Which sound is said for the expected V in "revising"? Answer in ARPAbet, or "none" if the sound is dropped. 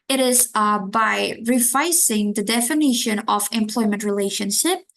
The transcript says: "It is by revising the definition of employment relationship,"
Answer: F